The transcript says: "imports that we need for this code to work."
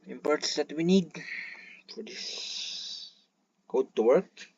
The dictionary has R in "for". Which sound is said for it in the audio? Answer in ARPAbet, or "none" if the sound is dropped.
R